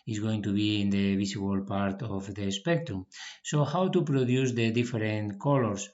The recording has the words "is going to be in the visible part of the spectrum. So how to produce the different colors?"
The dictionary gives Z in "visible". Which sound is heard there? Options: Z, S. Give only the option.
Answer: S